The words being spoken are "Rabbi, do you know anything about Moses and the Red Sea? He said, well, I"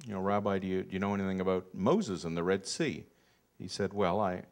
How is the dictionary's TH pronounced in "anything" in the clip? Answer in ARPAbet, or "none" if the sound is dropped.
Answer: TH